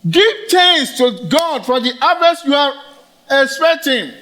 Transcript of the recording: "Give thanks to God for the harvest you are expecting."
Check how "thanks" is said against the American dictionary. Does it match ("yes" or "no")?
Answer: no